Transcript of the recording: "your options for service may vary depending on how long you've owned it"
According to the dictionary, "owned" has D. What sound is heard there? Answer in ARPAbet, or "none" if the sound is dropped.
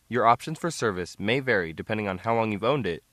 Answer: D